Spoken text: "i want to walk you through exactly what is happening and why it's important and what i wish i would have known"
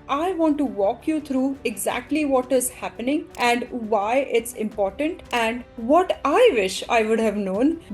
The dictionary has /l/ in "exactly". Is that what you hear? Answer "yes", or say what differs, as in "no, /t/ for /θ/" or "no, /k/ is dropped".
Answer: yes